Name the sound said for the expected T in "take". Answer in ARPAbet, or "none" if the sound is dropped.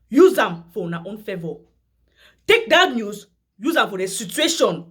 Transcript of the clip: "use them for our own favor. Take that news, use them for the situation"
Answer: T